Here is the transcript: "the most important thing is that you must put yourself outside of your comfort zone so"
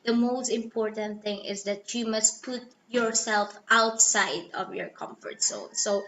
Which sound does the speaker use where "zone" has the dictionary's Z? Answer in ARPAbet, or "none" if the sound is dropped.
S